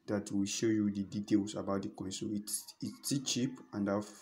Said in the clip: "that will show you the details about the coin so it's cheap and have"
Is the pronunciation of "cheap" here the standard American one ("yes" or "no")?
yes